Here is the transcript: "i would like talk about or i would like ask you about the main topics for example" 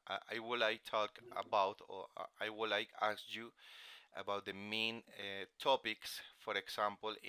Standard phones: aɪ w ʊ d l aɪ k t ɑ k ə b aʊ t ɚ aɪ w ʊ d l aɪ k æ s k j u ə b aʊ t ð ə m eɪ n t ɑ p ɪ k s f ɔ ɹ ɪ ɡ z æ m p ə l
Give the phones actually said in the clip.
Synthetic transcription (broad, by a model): aɪ w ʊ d l aɪ k t ɑ k ə b aʊ t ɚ aɪ w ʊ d l aɪ k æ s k j u ə b aʊ t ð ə m eɪ n t ɑ p ɪ k s f ɔ ɹ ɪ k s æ m p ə l